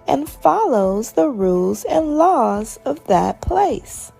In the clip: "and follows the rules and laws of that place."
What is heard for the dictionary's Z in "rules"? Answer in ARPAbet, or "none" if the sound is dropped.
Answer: Z